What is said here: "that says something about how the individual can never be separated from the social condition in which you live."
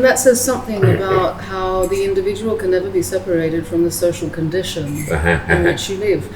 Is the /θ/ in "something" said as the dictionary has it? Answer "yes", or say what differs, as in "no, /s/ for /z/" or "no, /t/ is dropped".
yes